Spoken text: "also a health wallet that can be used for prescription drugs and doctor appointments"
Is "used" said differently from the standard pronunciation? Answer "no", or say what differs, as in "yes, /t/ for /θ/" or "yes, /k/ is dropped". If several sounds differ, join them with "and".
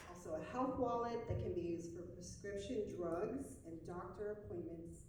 no